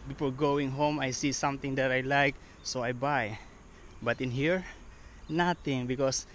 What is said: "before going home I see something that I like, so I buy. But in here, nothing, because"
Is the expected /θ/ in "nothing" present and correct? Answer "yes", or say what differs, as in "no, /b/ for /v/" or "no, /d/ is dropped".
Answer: no, /t/ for /θ/